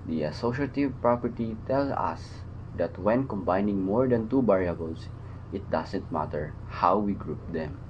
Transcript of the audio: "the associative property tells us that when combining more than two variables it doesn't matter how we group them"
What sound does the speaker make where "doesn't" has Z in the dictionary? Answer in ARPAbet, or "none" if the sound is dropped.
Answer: S